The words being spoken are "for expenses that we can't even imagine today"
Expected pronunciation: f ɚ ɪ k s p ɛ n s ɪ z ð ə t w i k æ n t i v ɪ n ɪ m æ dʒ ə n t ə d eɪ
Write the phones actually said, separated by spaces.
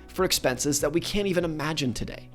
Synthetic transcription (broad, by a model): f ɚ ɪ k s p ɛ n s ɪ z ð ə t w i k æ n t i v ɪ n ɪ m æ dʒ ə n t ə d eɪ